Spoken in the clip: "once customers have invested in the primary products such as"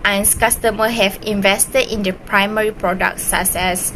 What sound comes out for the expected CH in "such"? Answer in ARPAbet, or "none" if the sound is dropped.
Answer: S